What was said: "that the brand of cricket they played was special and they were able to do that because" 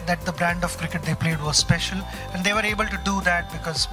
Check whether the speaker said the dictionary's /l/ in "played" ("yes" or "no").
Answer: yes